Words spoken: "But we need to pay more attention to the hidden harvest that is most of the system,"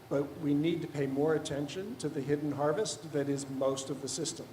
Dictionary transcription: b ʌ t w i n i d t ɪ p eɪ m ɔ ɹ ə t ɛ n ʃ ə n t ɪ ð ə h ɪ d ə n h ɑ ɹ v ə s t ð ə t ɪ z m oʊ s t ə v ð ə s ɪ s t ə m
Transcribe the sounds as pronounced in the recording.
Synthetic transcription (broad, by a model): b ʌ t w i n i d t ɪ p eɪ m ɔ ɹ ə t ɛ n ʃ ə n t ɪ ð ə h ɪ d n h ɑ ɹ v ə s t ð ə t ɪ z m oʊ s t ə v ð ə s ɪ s t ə m